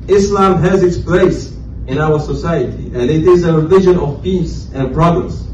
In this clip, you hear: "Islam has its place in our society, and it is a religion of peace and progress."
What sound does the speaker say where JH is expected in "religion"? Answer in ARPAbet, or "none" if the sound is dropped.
ZH